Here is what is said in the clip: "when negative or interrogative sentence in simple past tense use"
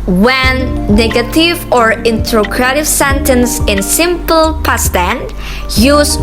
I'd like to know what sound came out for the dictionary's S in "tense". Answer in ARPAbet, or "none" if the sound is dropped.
none